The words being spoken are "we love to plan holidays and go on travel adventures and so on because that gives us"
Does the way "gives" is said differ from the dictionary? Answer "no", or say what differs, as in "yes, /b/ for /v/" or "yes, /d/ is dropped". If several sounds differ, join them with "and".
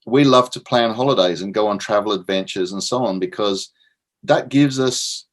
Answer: no